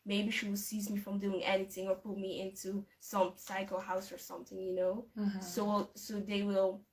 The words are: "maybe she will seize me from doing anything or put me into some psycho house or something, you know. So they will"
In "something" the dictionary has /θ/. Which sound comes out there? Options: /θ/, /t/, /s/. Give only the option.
/θ/